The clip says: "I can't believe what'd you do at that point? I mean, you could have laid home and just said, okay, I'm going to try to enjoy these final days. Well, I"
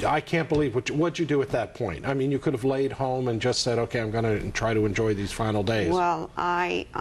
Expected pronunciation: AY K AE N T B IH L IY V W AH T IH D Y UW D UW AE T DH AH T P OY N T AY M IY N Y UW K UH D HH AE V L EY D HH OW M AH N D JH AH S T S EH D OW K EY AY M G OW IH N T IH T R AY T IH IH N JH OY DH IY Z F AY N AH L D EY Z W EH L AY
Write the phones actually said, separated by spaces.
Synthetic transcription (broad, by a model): AY K AE N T B IH L IY V W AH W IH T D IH D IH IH T DH AH T P OY N T AY M IY N Y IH K UH D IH V L EY D HH OW M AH N JH AH S T S EH D OW K EY AY M G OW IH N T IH T R AY T IH IH N JH OY DH IY Z F AY N L D EY Z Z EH L AY